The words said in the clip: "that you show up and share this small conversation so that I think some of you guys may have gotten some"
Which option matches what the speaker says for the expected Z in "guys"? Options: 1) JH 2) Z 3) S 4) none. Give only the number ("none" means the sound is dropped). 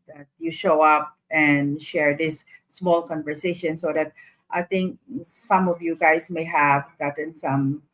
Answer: 3